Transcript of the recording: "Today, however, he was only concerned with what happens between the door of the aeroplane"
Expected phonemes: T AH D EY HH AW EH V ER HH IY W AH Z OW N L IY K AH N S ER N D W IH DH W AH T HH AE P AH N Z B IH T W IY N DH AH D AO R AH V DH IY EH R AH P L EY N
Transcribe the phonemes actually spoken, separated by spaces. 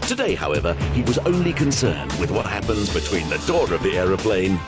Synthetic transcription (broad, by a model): T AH D EY HH AW EH V ER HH IY W AH Z OW N L IY K AH N S ER N D W IH DH W AH T HH AE P AH N Z B IH T W IY N DH AH D AO R AH V DH IY EH R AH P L EY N